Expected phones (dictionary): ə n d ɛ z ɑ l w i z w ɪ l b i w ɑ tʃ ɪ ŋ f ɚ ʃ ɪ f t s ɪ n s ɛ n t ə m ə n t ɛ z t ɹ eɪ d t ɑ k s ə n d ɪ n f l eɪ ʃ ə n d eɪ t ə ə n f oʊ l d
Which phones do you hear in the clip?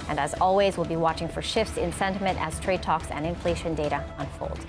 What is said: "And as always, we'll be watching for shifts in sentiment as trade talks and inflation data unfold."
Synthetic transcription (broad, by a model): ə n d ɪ z ɑ l w i z w ɪ l b i w ɑ tʃ ɪ ŋ f ɚ ʃ ɪ f t s ɪ n s ɛ n t ə m ə n t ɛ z t ɹ eɪ d t ɑ k s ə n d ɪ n f l eɪ ʃ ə n d eɪ t ə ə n f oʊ l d